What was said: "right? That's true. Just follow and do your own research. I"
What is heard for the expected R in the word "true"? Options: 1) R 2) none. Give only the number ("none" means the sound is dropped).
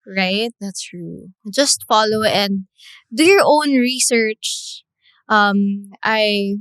1